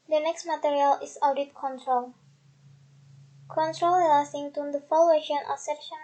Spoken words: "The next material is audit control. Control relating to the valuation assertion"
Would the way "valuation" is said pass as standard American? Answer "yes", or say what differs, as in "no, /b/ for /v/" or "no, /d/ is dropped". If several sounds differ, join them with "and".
no, /f/ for /v/